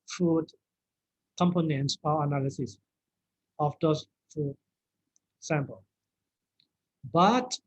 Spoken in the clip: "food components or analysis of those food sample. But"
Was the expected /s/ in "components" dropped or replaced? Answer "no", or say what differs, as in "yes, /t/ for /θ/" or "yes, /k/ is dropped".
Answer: no